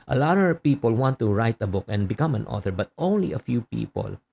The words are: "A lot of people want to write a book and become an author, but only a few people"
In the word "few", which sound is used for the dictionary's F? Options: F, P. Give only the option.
F